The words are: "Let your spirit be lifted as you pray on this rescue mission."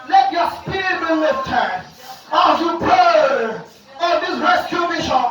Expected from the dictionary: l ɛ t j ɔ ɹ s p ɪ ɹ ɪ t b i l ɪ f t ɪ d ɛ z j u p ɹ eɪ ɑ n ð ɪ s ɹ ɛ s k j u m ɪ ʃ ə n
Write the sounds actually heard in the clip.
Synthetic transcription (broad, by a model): l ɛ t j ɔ s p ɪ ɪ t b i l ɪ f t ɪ ɑ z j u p eɪ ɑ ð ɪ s ɹ ɛ s k j u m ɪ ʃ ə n